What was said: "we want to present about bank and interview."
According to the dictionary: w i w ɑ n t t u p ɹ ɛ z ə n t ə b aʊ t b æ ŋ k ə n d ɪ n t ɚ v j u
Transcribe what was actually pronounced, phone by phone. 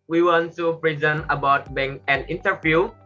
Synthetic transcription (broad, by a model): w i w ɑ n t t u p ɹ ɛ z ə n ə b aʊ t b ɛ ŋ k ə n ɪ n t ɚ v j u